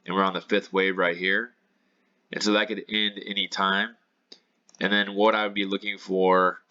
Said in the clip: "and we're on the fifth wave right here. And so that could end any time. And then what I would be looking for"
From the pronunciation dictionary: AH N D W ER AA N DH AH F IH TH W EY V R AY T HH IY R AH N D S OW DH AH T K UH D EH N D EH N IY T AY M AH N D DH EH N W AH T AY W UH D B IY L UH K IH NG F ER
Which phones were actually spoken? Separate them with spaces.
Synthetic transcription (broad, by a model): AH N W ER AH N DH AH F IH TH W EY V R AY T HH IY R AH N S OW DH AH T K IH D EH N D EH N IY T AY M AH N DH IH N W AH T AY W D B IY L UH K IH NG F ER